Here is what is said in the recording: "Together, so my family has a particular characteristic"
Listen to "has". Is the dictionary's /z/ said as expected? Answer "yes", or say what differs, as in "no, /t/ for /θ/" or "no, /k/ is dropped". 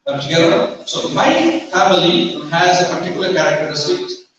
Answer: yes